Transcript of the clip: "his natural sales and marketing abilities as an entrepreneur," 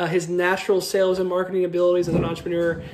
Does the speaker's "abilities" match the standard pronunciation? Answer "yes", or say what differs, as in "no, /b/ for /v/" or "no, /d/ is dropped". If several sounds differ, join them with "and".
yes